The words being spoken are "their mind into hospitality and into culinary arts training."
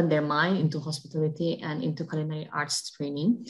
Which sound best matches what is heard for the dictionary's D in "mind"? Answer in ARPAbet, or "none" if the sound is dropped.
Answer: none